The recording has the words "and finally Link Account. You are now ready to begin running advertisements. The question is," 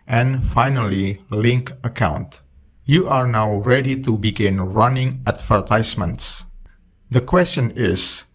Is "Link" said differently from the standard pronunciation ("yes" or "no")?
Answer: no